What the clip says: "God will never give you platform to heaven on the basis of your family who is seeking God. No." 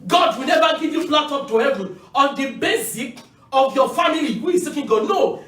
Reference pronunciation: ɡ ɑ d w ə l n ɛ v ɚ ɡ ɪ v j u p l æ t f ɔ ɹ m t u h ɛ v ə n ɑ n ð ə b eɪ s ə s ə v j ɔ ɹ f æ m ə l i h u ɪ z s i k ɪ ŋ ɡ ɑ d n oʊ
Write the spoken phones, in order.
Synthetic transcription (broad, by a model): ɡ ɑ d w ə l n ɛ v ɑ ɡ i v j u f l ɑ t ɔ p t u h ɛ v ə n ɑ n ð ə b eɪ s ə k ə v j ɔ f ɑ m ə l i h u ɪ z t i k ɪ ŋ ɡ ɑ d n oʊ